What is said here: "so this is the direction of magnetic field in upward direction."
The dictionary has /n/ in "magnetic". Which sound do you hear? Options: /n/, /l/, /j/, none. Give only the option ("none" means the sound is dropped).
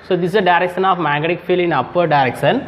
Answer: none